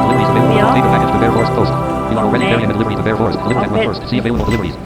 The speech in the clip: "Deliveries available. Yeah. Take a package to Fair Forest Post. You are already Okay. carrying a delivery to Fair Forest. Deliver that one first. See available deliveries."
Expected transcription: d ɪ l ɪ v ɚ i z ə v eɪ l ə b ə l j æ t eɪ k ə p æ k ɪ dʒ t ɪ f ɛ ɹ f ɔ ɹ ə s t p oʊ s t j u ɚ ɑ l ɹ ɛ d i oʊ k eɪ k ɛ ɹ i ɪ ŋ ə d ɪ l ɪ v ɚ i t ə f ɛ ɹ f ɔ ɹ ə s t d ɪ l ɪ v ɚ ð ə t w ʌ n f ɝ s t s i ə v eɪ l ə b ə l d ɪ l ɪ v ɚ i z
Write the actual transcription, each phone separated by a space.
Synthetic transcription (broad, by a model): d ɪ l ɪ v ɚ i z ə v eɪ ə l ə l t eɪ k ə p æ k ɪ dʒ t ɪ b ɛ ɹ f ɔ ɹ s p oʊ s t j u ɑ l ɛ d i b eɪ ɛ ɹ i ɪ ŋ ə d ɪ l ɪ b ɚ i t ə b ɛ ɹ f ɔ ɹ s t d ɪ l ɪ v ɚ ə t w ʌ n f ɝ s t s i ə v eɪ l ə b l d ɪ l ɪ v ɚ i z